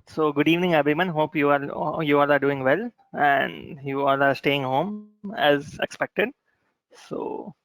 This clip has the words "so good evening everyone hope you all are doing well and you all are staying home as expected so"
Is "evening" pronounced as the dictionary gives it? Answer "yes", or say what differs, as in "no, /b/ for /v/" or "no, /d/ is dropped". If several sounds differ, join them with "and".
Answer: yes